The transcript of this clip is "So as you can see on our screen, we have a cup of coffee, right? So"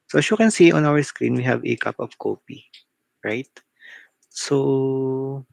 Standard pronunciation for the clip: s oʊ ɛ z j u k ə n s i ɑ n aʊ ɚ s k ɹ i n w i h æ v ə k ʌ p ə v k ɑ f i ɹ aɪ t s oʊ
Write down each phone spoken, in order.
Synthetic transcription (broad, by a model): s oʊ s j u k ə n s i ɑ n aʊ ɚ s k ɹ i n w i h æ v ə k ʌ p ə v k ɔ p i ɹ aɪ t s oʊ